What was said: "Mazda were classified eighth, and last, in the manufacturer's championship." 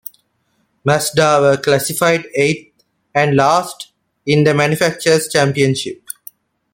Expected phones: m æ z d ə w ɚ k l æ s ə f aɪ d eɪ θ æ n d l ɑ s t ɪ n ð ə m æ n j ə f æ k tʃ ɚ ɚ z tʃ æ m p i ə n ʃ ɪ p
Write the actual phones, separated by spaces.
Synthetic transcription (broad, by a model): m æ s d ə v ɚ k l æ s ə f aɪ d eɪ t æ n d l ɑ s t ɪ n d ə m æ n j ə f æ k tʃ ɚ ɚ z tʃ æ m p i ə n ʃ ɪ p